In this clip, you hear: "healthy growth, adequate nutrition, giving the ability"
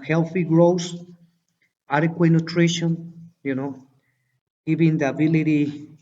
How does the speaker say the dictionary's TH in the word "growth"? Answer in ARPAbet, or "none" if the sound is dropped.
S